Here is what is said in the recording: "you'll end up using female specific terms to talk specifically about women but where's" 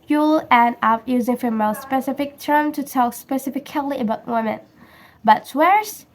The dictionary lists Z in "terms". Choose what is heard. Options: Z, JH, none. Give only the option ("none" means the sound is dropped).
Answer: none